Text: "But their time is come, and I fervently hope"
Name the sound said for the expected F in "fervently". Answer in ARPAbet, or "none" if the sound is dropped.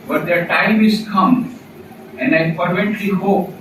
P